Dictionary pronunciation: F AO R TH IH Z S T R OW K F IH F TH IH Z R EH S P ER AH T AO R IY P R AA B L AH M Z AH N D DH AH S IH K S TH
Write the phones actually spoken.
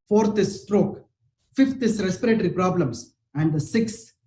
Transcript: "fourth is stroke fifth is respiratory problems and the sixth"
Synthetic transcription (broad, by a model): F AO R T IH S T R OW K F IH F T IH S R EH S P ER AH T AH R IY P R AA B L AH M S AH N D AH S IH K S